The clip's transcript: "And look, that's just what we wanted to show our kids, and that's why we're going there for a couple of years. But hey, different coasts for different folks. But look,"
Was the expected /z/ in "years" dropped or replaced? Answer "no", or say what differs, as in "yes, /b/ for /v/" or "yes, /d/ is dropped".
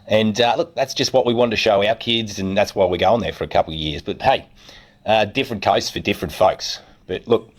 no